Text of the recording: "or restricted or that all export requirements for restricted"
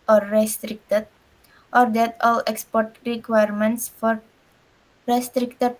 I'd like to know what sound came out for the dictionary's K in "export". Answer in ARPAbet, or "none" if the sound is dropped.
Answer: K